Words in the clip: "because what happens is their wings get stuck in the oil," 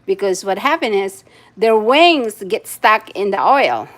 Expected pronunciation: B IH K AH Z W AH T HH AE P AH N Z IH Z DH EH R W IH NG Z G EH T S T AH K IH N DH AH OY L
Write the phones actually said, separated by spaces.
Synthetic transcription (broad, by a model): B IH K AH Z W AH T HH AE P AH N IH Z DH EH R W IH NG Z G EH T S T AH K IH N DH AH OY L